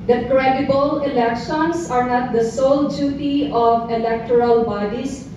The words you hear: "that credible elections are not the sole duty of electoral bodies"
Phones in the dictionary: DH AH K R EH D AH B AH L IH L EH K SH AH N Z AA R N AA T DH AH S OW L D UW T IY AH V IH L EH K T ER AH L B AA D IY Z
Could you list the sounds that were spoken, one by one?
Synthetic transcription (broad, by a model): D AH K R EH D AH B AH L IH L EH K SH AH N S AA R N AA T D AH S OW L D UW T IY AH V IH L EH K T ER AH L B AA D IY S